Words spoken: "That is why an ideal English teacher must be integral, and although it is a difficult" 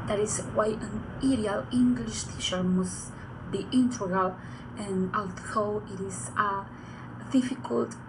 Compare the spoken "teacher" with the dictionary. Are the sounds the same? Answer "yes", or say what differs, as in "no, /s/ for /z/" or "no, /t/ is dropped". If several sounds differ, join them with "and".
no, /ʃ/ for /tʃ/